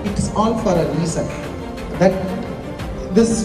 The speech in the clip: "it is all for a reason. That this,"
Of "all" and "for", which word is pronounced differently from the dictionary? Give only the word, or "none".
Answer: all